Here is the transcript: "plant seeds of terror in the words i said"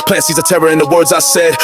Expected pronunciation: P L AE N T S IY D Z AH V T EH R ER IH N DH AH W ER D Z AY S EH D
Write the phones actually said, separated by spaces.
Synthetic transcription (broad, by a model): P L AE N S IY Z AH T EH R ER IH N DH AH W ER D Z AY S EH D